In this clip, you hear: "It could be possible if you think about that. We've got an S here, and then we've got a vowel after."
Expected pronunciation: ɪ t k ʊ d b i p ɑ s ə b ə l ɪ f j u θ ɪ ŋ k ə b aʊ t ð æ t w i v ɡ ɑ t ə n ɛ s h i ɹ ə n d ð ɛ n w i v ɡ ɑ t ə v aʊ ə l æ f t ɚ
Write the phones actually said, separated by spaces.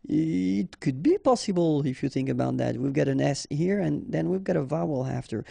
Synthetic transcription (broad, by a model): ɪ t k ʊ d b i p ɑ s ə b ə l ɪ f j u θ ɪ ŋ k ə b aʊ t ð æ t w i v ɡ ɑ t ə n ɛ s h i ɹ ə n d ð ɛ n w i v ɡ ɑ t ə v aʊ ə l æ f t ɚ